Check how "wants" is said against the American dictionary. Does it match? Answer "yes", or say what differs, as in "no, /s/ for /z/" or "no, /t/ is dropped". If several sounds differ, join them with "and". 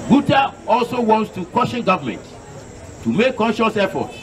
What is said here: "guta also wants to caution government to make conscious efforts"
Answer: yes